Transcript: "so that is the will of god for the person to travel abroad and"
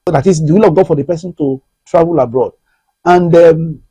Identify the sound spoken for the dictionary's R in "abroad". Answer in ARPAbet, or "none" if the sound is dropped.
R